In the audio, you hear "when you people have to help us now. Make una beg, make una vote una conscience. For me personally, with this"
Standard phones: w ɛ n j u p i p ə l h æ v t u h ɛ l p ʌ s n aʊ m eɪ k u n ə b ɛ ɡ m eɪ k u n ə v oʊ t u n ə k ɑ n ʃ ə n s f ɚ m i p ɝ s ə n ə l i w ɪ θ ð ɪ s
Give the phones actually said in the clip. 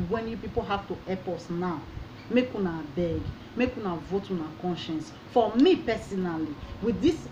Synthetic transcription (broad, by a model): w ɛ n j u p i p ə l h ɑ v t u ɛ p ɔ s n aʊ m eɪ k u n ə b ɛ ɡ m eɪ k u n ə v oʊ t u n ə k ɑ n ʃ ə n s f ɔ m i p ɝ s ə n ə l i w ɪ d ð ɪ s